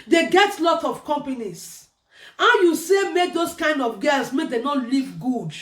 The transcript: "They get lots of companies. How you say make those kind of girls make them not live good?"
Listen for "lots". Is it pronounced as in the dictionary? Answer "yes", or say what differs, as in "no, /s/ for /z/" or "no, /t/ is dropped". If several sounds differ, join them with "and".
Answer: no, /s/ is dropped